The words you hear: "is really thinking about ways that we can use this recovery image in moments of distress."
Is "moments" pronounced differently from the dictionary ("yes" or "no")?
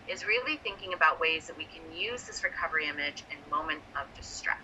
yes